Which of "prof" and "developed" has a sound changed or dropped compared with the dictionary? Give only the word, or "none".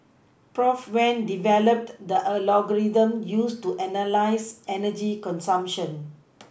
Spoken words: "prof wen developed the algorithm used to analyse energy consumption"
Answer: none